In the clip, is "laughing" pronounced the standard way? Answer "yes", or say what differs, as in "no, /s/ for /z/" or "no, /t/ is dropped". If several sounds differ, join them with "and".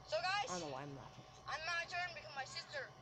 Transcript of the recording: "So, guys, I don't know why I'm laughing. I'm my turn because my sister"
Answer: no, /n/ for /l/